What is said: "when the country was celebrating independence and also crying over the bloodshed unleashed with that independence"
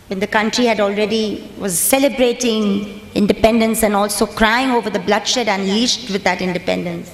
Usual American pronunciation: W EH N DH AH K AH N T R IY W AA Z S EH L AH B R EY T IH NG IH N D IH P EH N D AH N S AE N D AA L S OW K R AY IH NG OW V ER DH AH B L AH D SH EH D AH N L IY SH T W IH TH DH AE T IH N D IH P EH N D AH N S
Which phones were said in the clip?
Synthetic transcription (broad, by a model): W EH N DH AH K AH N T R IY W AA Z S EH L AH B R EY T IH NG IH N D IH P EH N D AH N S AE N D AA L S OW K R AY IH NG OW V ER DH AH B L AH D SH EH D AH N L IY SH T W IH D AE T IH N D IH P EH N D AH N S